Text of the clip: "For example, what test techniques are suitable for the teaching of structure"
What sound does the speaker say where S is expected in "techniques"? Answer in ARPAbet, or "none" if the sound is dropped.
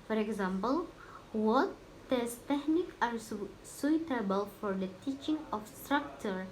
none